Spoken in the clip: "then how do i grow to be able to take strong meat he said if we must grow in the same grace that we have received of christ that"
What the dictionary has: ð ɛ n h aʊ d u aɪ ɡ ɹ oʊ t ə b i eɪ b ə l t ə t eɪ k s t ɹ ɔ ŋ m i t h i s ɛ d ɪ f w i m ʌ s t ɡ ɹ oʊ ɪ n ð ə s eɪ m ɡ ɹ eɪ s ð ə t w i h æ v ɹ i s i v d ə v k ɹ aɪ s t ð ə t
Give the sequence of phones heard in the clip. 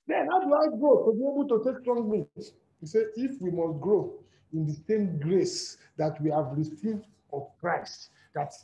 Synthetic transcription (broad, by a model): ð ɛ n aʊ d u aɪ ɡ oʊ t ə b i eɪ b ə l t ə t eɪ k s t ɹ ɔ ŋ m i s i s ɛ ɪ f w i m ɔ s t ɡ ɹ oʊ ɪ n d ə s eɪ m ɡ ɹ eɪ s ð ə t w i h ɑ v ɹ i s i v d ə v k ɹ aɪ s t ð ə t